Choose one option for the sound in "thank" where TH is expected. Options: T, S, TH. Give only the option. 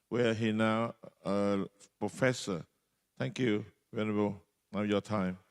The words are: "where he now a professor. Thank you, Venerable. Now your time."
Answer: T